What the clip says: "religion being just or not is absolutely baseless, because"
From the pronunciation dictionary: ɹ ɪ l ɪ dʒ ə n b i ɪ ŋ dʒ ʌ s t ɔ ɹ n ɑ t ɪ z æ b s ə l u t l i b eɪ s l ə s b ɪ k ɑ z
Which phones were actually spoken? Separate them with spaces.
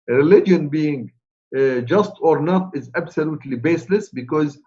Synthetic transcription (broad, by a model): ɹ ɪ l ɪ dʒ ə n b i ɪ ŋ dʒ ʌ s t ɔ ɹ n ɑ t ɪ z æ b s ə l u t l i b eɪ s l ə s b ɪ k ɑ z